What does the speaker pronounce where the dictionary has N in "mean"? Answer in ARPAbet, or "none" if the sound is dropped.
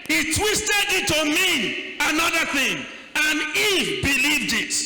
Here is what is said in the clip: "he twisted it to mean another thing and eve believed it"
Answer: none